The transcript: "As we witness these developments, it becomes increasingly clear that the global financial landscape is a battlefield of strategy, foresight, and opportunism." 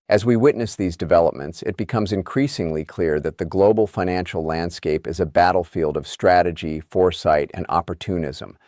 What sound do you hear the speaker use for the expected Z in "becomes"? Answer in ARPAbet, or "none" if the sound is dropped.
Z